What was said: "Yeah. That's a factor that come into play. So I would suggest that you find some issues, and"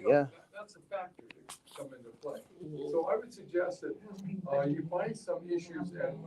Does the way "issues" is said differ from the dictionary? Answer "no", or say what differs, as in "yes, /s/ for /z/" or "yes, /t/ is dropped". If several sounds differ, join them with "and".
no